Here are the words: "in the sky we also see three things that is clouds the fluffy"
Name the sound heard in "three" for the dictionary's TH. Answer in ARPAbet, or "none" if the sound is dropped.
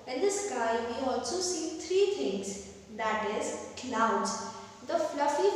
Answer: T